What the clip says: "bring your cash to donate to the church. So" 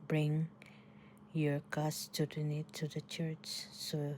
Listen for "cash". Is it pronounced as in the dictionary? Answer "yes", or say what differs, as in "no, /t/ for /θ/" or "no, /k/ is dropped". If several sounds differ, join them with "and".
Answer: no, /s/ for /ʃ/